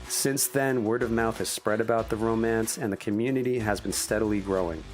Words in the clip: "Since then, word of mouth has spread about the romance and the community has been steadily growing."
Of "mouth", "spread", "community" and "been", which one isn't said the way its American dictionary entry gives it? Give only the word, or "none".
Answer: none